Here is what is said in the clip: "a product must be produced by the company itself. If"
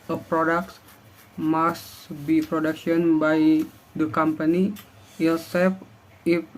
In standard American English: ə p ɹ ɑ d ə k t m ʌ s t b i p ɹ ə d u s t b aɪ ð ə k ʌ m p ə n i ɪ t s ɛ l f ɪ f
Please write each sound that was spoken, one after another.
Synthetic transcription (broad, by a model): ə p ɹ ɑ d ə k t m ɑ s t b i p ɹ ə d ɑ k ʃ b aɪ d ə k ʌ m p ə n i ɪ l s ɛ f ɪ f